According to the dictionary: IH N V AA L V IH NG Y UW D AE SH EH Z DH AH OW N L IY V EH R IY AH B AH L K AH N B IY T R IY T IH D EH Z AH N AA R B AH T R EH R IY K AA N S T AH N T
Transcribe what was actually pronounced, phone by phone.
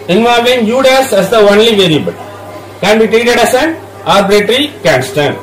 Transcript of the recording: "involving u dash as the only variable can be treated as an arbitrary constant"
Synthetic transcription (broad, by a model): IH N V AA L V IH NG Y UW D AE S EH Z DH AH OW N L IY V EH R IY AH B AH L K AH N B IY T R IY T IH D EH S AH N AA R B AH T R R IY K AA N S T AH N